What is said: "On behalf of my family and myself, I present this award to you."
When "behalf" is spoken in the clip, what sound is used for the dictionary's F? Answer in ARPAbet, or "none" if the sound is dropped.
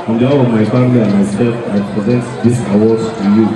none